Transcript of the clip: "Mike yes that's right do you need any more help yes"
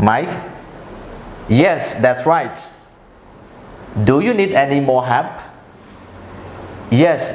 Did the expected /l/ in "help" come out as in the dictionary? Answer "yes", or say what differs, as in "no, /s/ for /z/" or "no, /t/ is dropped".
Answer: no, /l/ is dropped